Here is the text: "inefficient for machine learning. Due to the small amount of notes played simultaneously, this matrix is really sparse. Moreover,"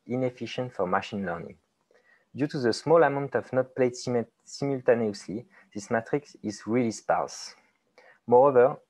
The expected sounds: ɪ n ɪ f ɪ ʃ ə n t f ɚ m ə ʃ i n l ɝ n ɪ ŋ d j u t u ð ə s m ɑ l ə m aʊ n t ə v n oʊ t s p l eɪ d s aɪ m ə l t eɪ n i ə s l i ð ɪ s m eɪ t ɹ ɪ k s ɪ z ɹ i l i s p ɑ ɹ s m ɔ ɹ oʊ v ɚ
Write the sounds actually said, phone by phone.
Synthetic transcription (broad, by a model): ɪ n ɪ f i ʃ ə n t f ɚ m ə ʃ i n l ɝ n ɪ ŋ d j u t u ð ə s m ɑ l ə m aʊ n t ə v n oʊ t p l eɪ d s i m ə l t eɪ n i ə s l i ð ɪ s m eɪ t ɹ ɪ k s ɪ z ɹ i l i s p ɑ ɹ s m ɔ ɹ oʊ v ɚ